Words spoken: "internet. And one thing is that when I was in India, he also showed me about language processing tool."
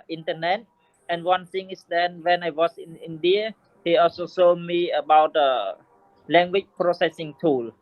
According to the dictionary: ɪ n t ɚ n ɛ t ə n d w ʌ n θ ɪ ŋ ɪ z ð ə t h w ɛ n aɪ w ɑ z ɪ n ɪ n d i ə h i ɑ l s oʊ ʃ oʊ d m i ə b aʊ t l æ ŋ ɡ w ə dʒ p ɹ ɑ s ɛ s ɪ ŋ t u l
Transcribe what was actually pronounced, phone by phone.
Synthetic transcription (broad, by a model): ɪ n t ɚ n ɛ t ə n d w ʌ n s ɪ ŋ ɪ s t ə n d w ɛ n aɪ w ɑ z ɪ n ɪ n d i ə h i ɑ l s oʊ s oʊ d m i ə b aʊ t l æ ŋ ɡ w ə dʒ p ɹ ɑ s ɛ s ɪ ŋ t u l